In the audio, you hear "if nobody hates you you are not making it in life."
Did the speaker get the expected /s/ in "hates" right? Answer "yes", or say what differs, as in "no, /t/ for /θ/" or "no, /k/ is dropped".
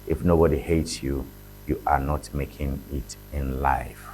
yes